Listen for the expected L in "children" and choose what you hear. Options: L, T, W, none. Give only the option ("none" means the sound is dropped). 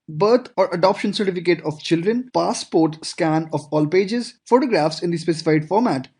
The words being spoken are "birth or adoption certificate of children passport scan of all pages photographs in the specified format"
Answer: L